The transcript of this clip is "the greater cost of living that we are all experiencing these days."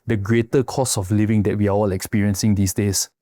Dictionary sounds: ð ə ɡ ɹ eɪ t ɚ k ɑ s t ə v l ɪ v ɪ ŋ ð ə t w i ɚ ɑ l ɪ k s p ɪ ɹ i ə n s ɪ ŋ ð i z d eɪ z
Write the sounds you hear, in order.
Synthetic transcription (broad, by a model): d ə ɡ ɹ eɪ t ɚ k ɑ s ə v l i v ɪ ŋ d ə t w i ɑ ɑ l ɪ k s p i ɹ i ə n s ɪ ŋ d i s d eɪ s